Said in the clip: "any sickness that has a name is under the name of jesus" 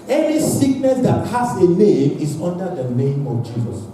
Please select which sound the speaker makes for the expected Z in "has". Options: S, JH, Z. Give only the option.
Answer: S